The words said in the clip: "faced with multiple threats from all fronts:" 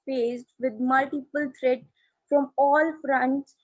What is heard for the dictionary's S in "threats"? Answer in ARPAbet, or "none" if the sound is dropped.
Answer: none